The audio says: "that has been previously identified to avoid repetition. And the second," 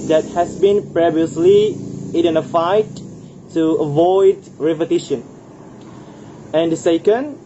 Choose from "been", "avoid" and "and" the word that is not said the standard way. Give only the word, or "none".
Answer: none